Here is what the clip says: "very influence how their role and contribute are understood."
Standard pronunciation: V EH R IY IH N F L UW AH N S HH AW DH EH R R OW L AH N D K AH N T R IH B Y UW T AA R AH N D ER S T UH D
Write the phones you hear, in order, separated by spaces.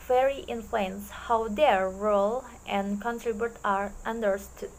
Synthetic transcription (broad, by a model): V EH R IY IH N F L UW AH N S HH AW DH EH R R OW L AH N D K AH N T R IH B Y UW T AA R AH N D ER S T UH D